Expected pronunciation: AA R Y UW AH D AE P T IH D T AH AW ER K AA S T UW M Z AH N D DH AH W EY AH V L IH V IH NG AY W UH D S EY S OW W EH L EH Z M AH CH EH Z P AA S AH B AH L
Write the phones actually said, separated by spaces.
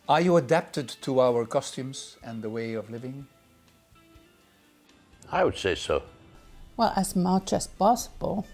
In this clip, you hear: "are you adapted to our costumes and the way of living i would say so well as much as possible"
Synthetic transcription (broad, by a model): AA R Y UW AH D AE P T IH D T AH AW ER K AA S T UW M Z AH N DH AH W EY AH V L IH V IH NG AY W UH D S EY S OW W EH L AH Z M AH CH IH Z P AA S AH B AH L